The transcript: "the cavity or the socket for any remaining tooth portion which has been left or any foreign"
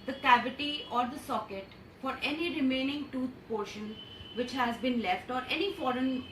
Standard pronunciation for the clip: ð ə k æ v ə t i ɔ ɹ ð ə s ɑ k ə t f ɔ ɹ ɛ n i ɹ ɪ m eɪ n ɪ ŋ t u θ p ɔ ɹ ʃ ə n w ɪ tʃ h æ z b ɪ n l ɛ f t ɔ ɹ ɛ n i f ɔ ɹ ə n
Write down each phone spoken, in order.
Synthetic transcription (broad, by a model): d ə k æ v ə t i ɔ ɹ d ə s ɑ k ə t f ɔ ɹ ɛ n i ɹ ɪ m eɪ n ɪ ŋ t u t p ɔ ɹ ʃ ə n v ɪ tʃ h æ z b ɪ n l ɛ f t ɔ ɹ ɛ n i f ɔ ɹ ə n